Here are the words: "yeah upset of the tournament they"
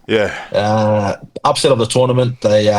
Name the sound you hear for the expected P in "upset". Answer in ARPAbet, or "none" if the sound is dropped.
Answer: P